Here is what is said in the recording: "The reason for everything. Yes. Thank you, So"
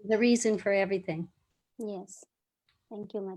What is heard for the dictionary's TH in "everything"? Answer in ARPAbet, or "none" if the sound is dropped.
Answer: TH